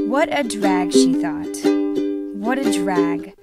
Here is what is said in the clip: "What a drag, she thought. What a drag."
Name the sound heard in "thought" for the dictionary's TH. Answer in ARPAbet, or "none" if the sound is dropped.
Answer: TH